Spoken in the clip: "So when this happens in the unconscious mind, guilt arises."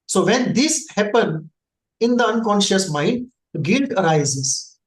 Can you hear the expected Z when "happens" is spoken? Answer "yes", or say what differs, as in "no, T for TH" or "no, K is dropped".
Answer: no, Z is dropped